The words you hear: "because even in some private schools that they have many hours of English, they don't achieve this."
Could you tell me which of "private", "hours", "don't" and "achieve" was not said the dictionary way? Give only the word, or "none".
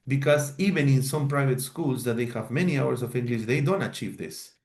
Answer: hours